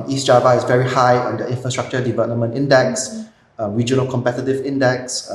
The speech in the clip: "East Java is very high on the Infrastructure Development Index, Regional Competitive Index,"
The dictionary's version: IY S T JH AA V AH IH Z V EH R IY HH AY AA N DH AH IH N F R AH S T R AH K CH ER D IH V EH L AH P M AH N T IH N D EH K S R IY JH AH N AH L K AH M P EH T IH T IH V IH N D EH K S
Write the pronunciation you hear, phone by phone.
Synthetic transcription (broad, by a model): IY S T JH AA V AH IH S V EH R IY HH AY AA N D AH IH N F R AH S T R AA K CH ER D IH V EH L AH P M AH N T IH N D EH K S R IY JH AH N AH L K AH M P EH T IH T IH V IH N D EH K S